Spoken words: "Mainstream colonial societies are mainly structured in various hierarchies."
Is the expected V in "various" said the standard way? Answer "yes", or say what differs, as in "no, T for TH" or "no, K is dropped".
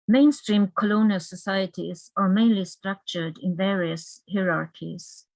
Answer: yes